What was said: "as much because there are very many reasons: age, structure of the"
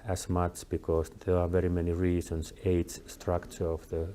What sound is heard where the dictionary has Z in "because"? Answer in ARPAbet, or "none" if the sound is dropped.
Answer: S